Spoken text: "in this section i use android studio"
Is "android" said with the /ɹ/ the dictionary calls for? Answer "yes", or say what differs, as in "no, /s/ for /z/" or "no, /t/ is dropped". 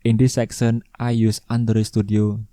no, /ɹ/ is dropped